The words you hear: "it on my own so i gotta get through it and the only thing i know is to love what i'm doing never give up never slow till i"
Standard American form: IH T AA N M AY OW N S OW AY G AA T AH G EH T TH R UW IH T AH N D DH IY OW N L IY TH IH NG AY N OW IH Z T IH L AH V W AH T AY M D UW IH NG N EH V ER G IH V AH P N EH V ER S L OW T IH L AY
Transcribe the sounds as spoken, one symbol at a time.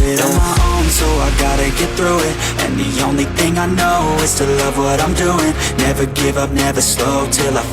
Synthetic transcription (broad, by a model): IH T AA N M AY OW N S OW AY G AA T AH G EH T TH R UW IH T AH N DH IY OW N L IY TH IH NG AY N OW IH Z T IH L AH V W AH T AY M D UW IH NG N EH V ER G IH V AH P N EH V ER S L OW T IH L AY